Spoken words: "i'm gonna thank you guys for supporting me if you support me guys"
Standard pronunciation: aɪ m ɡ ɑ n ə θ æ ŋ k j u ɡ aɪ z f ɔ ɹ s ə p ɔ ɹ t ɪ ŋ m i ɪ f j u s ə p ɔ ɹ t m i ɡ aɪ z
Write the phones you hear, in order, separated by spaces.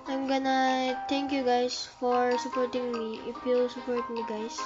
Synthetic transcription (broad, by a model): aɪ m ɡ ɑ n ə t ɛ ŋ k j u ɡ aɪ s f ɔ ɹ s ə p ɔ ɹ t ɪ ŋ m i ɪ f j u s ə p ɔ ɹ t m i ɡ aɪ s